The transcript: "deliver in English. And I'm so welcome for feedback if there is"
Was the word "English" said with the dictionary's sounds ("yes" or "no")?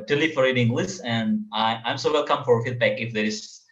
no